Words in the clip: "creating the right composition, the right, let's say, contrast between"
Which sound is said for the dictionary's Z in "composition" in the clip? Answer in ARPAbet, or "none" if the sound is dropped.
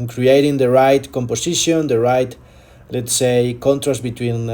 S